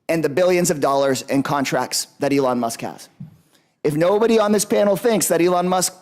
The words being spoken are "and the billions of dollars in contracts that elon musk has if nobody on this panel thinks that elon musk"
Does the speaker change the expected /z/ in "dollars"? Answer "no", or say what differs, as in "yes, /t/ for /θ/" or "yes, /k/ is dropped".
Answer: no